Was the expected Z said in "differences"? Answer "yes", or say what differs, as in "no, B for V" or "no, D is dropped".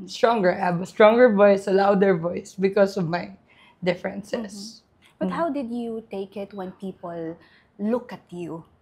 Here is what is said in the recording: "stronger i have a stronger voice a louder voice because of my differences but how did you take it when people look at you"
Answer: no, S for Z